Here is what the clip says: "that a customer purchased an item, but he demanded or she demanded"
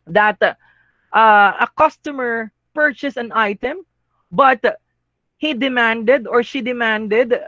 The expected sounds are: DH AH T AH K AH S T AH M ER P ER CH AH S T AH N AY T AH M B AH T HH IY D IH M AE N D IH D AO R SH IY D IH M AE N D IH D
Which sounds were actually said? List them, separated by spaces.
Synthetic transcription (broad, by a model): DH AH T AH K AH S T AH M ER P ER CH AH S AH N AY T AH M B AH T HH IY D IH M AE N D IH D AO R SH IY D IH M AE N D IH D